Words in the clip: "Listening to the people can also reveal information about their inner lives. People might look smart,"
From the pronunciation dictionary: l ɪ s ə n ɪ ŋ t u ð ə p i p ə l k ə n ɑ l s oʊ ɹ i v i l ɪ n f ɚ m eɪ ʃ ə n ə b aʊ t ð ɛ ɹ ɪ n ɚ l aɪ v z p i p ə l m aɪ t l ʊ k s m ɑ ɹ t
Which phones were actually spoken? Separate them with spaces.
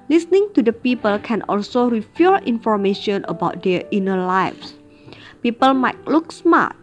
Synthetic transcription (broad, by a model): l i s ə n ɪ ŋ t u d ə p i p ə l k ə n ɑ l s oʊ ɹ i f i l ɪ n f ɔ m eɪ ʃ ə n ə b aʊ t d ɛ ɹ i n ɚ l aɪ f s p i p ə l m aɪ t l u k s m ɑ t